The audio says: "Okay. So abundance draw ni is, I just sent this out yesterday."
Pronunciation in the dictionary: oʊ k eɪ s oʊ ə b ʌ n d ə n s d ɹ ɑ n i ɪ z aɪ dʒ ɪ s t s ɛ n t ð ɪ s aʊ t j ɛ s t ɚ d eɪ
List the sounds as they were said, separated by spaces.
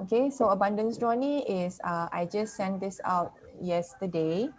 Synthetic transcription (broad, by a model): oʊ k eɪ s oʊ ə b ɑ n d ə n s d ɹ ɑ n i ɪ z aɪ dʒ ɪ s s ɛ n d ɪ s aʊ t j ɛ s t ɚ d eɪ